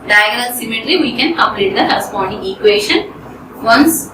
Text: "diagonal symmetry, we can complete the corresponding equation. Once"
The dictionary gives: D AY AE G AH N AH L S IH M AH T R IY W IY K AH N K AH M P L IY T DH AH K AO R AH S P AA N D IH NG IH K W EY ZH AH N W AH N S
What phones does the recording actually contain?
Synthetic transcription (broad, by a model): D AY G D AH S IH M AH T L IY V IY K AH N K AH M P L IY T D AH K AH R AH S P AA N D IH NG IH K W EY SH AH N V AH N S